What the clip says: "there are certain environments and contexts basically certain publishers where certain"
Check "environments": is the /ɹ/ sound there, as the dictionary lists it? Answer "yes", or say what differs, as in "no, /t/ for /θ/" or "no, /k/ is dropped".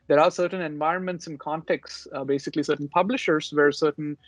yes